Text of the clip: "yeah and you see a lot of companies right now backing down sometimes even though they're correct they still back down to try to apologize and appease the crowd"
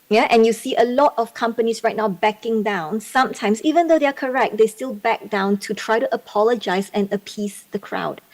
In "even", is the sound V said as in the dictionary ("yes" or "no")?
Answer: yes